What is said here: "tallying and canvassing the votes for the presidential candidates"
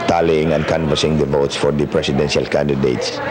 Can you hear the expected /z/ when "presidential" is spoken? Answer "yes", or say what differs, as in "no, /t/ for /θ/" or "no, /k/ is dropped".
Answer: no, /s/ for /z/